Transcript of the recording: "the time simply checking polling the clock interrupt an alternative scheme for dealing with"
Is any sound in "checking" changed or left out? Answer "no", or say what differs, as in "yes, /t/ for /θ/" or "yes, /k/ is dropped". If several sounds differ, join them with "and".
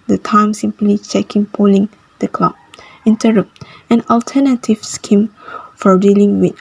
no